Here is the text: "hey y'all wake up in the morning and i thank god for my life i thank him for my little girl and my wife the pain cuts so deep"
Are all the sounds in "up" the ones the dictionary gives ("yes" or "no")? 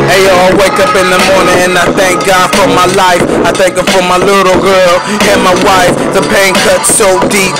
yes